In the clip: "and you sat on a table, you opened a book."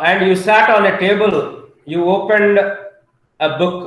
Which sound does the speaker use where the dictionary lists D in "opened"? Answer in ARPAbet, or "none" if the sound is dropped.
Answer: D